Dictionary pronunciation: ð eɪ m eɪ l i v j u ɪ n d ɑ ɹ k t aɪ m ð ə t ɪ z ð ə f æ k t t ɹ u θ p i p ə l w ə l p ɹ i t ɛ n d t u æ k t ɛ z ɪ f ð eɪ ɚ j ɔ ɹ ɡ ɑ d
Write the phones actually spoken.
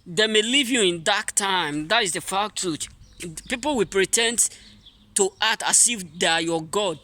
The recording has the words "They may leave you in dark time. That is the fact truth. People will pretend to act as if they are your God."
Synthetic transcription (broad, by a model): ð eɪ m eɪ l i v j u ɪ n d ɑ k t aɪ m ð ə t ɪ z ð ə f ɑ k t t u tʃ p i p ə l w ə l p ɹ i t ɛ n d t u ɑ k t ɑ s ɪ f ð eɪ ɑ j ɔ ɡ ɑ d